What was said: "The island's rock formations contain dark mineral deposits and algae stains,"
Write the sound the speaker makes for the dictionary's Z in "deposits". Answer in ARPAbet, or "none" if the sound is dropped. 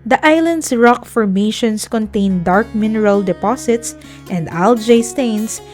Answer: S